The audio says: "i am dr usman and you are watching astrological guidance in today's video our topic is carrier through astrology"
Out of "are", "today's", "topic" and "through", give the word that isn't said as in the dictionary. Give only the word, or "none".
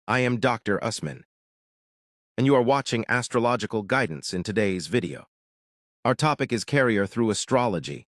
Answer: none